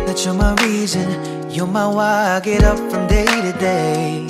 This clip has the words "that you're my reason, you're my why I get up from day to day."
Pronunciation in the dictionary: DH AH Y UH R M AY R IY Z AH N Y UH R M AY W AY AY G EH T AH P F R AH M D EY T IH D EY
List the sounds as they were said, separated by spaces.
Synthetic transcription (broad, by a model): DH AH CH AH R M AY R IY Z AH N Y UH M AY W AY AY G EH T AH P F R AH M D EY T IH D EY